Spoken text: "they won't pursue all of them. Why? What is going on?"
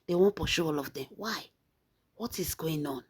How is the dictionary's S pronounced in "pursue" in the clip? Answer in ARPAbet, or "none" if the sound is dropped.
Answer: SH